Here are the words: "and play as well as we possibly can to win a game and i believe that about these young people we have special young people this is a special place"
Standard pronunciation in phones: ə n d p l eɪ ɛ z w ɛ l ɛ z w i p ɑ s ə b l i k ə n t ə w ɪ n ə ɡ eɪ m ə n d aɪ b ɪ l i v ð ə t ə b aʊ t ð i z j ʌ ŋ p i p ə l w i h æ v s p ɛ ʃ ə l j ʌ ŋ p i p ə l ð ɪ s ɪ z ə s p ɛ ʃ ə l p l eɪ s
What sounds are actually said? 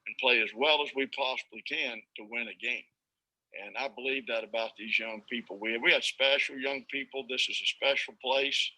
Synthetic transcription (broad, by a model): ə n p l eɪ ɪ z w ɛ l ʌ z w i p ɑ s ə b l i k ə n t ə w ɪ n ə ɡ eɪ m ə n aɪ b ɪ l i v ð ə t ə b aʊ t ð i z j ʌ ŋ p i p l w i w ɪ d s p ɛ ʃ l j ʌ ŋ p i p l ð ɪ s ɪ z ə s p ɛ ʃ l p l eɪ s